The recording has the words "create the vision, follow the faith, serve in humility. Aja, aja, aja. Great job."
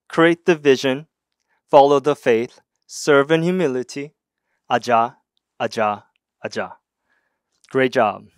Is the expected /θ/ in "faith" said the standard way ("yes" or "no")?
yes